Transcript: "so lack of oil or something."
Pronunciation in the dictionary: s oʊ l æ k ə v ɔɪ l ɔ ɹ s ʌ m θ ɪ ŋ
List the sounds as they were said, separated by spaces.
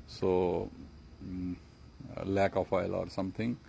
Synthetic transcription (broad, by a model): s oʊ l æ k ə p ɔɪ l ɔ ɹ s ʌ m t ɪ ŋ